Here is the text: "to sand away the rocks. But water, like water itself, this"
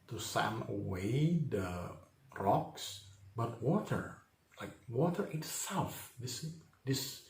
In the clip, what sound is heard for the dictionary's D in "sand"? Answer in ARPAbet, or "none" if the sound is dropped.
none